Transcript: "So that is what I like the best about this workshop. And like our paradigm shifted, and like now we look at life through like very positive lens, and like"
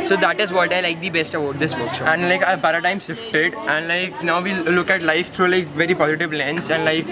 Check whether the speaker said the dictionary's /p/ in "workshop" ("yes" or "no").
no